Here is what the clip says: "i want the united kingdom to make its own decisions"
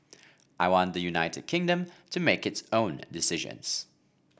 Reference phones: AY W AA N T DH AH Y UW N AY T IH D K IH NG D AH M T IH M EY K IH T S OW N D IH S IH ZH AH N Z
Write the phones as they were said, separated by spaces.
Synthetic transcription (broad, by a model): AY W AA N DH AH Y UW N AY T IH D K IH NG D AH M T IH M EY K IH T S OW N D IH S IH ZH AH N Z